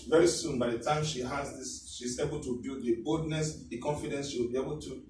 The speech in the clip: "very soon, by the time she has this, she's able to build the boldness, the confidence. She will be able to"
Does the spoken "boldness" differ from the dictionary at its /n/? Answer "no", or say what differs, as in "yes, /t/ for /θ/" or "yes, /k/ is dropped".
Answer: no